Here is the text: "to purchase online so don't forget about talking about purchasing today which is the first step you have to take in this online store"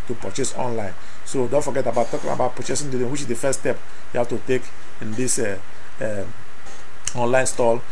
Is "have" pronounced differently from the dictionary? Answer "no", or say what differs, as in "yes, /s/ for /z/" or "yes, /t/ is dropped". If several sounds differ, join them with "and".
yes, /f/ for /v/